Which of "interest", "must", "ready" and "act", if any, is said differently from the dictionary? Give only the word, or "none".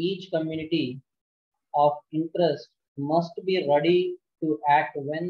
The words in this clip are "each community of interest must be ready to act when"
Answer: act